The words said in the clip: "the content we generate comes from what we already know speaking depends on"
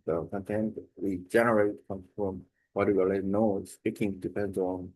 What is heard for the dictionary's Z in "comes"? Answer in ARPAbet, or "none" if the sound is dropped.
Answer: none